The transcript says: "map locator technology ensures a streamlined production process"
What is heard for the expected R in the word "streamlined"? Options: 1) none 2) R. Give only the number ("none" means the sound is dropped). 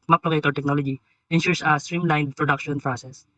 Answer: 2